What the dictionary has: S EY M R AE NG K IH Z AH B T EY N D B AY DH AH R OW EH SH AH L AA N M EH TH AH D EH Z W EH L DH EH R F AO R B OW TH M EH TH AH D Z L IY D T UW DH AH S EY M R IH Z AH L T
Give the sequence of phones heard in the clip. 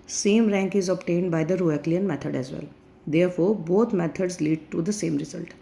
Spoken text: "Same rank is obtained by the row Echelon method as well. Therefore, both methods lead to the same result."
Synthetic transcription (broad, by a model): S EY M R AE NG K IH Z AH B T EY N D B AY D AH R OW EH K L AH N M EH T AH D EH Z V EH L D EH R F AO R B OW T M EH T AH D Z L IY D T UW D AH S EY M R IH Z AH L T